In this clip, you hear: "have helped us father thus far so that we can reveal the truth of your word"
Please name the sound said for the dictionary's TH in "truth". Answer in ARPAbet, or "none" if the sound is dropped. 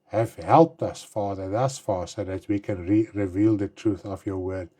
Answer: TH